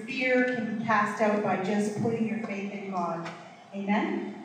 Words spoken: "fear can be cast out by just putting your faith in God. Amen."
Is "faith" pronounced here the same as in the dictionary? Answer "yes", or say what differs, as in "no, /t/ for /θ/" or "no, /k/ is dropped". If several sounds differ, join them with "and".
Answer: yes